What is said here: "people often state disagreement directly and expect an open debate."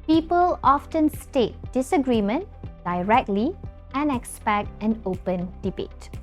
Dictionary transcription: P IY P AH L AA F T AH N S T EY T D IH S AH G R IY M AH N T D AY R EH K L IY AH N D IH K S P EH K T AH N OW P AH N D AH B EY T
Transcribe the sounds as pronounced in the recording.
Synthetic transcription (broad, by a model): P IY P AH L AA F T AH N S T EY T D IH S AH G R IY M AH N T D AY R EH K L IY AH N IH K S P EH K T AH N OW P AH N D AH B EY T